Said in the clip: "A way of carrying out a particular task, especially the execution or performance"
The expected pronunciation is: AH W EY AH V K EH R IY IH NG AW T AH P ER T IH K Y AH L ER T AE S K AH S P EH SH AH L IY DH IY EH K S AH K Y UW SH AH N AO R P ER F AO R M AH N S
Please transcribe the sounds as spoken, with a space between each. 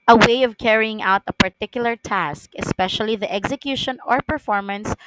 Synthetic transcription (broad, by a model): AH W EY AH V K EH R IY IH NG AW T AH P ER T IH K Y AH L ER T AE S K AH S P EH SH AH L IY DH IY EH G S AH K Y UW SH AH N AO R P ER F AO R M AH N S